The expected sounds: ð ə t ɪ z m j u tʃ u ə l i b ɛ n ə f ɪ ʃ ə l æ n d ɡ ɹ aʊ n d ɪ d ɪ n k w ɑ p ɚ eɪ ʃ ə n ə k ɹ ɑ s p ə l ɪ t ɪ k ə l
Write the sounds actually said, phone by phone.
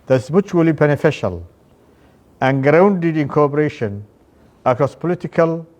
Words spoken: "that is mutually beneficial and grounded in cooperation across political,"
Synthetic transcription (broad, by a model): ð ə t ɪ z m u tʃ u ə l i b ɛ n ə f ɪ ʃ ə l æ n ɡ ɹ aʊ n d ɪ d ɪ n k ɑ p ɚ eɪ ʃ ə n ə k ɹ ɑ s p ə l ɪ t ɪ k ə l